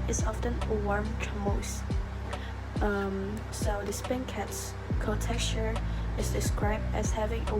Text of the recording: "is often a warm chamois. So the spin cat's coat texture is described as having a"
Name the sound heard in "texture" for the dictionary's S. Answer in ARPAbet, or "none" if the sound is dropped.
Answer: none